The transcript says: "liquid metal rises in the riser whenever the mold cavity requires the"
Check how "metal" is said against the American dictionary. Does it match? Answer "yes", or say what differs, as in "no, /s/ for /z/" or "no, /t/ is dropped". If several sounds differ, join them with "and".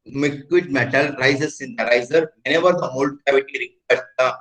yes